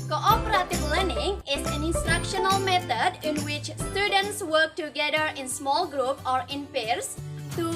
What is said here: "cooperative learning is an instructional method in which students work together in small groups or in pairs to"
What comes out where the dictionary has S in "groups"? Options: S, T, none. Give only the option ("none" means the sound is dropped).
none